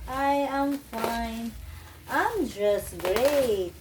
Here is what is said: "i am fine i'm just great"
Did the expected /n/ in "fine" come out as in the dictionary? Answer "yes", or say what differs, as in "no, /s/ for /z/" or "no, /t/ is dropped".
yes